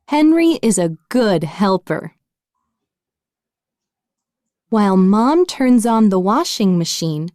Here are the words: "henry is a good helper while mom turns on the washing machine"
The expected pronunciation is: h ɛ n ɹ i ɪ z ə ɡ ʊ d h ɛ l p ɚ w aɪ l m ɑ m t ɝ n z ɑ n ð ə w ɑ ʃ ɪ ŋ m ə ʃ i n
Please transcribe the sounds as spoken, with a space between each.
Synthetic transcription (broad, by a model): h ɛ n ɹ i ɪ z ə ɡ ʊ d h ɛ l p ɚ w aɪ l m ɑ m t ɝ n z n ð ə w ɑ ʃ ɪ ŋ m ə ʃ i n